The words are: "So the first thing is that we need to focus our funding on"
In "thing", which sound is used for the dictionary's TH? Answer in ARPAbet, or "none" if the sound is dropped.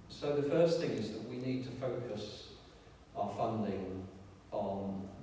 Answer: TH